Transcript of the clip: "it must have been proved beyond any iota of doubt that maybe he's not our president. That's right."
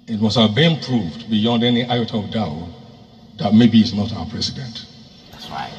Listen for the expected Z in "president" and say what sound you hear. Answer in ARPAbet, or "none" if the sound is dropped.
S